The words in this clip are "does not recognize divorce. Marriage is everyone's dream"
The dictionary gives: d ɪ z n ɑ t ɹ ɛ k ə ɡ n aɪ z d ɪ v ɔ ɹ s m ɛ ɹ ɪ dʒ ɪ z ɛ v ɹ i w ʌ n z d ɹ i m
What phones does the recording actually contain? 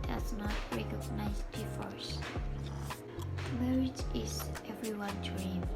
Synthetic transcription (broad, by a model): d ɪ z n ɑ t ɹ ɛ k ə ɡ n aɪ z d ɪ f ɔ ɹ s m ɛ ɹ ɪ dʒ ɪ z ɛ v ɹ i w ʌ n d ɹ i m